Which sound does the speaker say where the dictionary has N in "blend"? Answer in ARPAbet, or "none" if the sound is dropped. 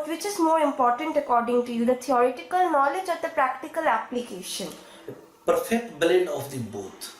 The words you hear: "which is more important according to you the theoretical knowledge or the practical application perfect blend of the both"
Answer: none